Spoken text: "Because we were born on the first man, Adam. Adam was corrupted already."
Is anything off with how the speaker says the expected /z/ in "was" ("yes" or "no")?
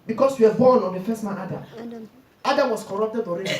yes